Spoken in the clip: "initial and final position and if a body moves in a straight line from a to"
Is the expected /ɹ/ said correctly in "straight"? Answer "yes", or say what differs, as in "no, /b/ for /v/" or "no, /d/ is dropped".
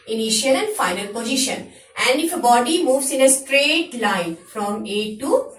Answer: yes